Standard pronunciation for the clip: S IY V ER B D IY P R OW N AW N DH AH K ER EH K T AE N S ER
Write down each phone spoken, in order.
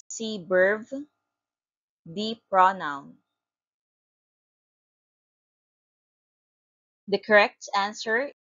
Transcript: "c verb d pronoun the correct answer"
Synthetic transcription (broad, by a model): S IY B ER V D IY P R OW N AW N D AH K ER EH K T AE N S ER